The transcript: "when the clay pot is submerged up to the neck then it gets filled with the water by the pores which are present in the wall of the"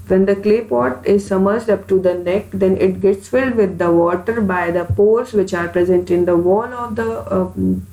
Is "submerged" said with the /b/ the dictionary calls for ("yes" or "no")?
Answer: no